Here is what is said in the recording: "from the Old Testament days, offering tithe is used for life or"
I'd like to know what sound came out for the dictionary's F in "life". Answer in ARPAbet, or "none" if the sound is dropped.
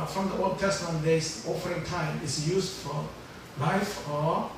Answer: F